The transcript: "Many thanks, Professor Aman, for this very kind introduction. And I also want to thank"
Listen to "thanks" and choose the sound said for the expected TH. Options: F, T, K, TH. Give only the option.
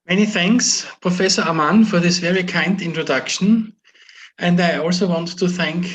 TH